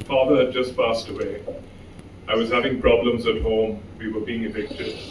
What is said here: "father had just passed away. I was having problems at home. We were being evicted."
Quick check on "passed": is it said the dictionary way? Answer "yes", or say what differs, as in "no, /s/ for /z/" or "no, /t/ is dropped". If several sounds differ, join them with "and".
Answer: yes